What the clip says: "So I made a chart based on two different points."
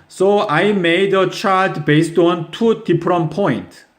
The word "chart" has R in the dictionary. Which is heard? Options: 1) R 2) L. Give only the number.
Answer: 2